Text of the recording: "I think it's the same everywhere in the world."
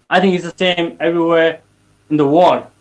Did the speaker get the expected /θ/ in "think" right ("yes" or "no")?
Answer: yes